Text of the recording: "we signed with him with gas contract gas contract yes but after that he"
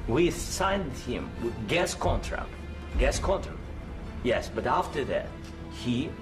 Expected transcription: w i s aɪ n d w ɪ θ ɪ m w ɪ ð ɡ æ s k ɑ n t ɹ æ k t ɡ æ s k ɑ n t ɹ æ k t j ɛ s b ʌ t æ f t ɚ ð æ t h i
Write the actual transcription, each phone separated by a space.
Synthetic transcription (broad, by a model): w i s aɪ n d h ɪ ɪ m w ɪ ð ɡ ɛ s k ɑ n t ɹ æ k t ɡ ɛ s k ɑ n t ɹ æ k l j ɛ s b ʌ t æ f t ɚ ð æ t h i